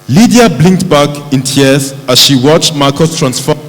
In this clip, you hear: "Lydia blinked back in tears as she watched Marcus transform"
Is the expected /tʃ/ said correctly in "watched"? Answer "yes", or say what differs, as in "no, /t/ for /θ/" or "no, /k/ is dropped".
yes